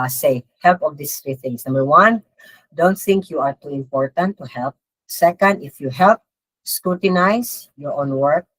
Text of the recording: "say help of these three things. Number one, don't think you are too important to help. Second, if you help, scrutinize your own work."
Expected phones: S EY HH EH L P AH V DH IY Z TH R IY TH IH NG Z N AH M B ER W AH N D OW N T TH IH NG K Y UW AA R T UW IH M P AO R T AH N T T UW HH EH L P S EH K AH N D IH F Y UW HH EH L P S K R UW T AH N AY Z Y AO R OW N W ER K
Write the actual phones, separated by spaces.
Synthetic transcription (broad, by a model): S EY HH EH L P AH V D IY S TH R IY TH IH NG S N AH M B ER W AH N D OW N T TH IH NG K Y UW AA R T UW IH M P AO R T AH N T T UW HH EH L P S EH K AH N D IH F Y UW HH EH L P S K R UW T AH N AY S Y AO R OW N W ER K